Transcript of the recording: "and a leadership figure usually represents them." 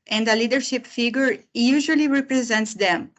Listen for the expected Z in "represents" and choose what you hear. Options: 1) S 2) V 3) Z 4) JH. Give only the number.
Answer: 3